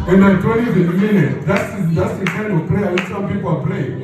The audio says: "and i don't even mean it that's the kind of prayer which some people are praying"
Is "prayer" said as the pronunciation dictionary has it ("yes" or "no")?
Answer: no